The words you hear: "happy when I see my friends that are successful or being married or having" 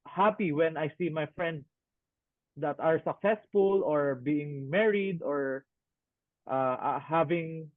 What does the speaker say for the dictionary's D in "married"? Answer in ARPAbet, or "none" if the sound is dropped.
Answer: D